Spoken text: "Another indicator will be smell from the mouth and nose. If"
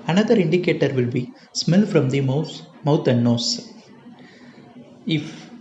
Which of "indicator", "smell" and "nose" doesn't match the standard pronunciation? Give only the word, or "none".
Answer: nose